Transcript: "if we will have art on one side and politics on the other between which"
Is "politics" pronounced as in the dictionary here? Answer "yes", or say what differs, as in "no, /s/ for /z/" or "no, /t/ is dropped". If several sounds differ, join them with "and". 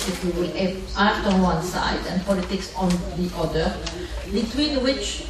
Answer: yes